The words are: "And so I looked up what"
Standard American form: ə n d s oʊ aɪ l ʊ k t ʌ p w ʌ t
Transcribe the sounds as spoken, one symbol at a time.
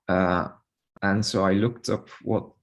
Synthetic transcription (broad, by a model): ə n s oʊ aɪ l ʊ k t ʌ p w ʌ t